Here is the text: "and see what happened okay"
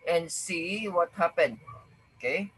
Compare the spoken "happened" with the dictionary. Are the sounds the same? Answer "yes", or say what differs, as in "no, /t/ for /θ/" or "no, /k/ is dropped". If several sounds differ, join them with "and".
no, /d/ is dropped